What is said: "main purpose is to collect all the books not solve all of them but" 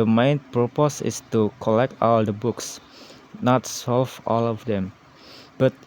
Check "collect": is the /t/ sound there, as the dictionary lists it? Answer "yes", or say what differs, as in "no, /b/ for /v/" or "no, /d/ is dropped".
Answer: yes